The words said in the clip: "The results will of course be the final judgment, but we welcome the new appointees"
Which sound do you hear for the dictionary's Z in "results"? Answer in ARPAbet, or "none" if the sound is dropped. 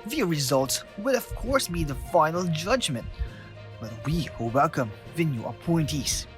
Z